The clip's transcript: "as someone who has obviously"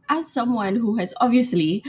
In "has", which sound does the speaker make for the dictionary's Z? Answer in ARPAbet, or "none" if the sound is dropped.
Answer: Z